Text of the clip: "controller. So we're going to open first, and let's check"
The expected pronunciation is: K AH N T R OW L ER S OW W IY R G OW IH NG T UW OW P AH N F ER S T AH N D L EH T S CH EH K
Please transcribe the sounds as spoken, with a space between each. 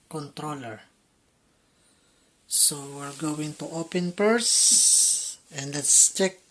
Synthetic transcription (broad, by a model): K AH N T R OW L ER S OW W IY R G OW IH NG T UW OW P AH N P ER S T AH N D L EH T S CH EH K